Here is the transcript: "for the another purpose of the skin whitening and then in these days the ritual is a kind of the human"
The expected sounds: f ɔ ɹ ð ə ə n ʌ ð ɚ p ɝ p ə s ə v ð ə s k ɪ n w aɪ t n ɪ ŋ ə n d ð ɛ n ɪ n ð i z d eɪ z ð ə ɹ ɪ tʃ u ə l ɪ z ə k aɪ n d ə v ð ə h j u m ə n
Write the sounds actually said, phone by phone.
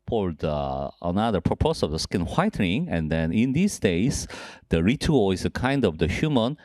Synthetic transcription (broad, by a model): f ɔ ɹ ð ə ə n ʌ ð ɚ p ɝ p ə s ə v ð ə s k ɪ n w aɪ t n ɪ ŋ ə n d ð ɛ n ɪ n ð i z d eɪ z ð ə ɹ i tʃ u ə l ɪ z ə k aɪ n d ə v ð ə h j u m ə n